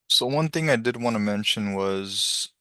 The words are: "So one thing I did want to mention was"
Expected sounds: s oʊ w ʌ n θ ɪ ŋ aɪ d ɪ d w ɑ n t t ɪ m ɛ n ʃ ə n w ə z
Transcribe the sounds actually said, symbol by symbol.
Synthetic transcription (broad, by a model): s oʊ w ʌ n θ ɪ ŋ aɪ d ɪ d w ɑ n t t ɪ m ɛ n ʃ ə n w ə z